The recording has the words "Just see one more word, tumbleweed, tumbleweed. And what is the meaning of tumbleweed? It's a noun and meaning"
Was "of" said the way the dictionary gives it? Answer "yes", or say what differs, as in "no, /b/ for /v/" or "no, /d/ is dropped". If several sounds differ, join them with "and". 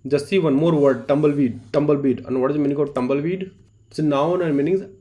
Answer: no, /b/ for /v/